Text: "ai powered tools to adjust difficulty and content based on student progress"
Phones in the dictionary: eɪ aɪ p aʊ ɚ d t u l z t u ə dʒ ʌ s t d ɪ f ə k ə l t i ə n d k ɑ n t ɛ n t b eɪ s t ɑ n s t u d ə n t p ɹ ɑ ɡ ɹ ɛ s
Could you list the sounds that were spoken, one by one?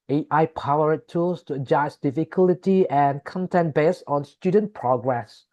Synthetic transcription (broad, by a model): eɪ aɪ p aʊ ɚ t t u l s t u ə dʒ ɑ s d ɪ f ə k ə l t i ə n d k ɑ n t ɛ n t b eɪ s ɑ n s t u d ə n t p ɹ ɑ ɡ ɹ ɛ s